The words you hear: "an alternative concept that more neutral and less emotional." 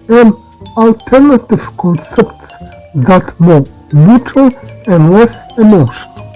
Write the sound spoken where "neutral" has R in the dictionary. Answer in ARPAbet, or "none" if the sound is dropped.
none